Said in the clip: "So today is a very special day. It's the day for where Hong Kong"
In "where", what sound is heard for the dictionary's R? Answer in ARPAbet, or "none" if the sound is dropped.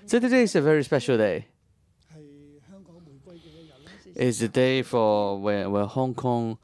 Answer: W